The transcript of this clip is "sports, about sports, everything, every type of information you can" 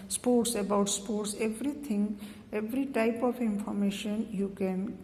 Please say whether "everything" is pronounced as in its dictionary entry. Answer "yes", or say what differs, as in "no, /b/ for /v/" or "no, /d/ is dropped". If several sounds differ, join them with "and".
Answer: no, /t/ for /θ/